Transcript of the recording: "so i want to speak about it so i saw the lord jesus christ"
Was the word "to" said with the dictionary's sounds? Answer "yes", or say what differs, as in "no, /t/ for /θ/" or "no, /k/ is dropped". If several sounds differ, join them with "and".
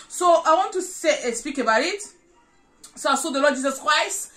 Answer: no, /s/ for /t/